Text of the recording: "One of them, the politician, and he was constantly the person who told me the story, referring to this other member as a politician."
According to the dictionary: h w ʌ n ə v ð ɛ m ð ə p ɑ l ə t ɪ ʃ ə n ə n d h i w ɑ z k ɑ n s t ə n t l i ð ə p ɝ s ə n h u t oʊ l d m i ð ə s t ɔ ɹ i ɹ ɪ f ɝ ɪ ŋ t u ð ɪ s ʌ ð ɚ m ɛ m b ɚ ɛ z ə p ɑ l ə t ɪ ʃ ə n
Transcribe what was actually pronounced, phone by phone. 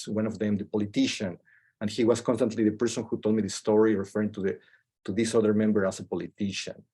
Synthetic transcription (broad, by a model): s w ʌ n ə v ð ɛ m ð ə p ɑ l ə t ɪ ʃ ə n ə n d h i w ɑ s k ɑ n s t ə n t l i ð ə p ɝ s ə n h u t oʊ l d m i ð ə s t ɔ ɹ i ɹ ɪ f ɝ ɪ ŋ t u ð ɪ s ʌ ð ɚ m ɛ m b ɚ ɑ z ə p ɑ l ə t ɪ ʃ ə n